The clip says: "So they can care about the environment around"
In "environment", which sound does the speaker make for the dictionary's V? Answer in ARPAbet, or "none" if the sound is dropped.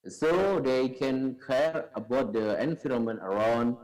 F